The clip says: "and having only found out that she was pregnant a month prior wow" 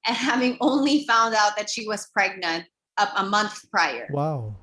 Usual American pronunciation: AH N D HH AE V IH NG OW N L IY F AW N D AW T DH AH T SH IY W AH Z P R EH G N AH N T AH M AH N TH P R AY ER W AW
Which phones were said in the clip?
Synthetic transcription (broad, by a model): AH N HH AE V IH NG OW N L IY F AW N D AW T DH AH T SH IY W AH Z P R EH G N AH N T AH M AH N TH P R AY ER W AW